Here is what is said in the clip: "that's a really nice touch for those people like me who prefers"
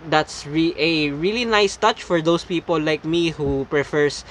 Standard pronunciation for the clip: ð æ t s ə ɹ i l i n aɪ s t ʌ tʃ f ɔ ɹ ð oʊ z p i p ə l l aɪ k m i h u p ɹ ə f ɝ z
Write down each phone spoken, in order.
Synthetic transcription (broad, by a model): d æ t s ə ɹ i l i n aɪ s t ʌ tʃ f ɔ ɹ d oʊ s p i p ə l l aɪ k m i h u p ɹ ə f ɝ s